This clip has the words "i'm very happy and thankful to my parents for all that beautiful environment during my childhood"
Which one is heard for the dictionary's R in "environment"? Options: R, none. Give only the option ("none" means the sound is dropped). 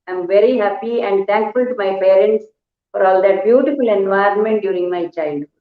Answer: R